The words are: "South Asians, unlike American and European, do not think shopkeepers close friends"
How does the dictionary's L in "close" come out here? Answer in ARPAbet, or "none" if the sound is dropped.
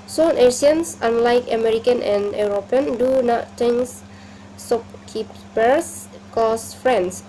none